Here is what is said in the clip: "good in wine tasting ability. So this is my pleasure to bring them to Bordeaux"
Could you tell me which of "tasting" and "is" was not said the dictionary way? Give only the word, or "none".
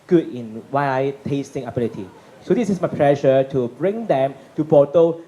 is